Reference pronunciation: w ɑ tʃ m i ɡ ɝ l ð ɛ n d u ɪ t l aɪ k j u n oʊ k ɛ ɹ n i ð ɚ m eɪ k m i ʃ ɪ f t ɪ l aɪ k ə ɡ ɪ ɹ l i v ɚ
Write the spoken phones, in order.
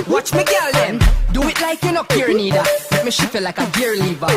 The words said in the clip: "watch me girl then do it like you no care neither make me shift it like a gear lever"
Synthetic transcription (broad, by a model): w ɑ tʃ m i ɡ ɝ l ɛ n d u ɪ t l aɪ k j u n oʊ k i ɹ n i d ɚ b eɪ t m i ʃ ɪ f ɪ l aɪ k ə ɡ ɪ ɹ l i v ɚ